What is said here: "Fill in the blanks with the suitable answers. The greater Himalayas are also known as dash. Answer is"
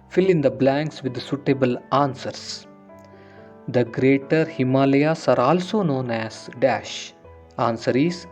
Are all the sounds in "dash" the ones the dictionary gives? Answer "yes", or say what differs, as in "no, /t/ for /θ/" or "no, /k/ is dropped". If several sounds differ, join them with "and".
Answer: yes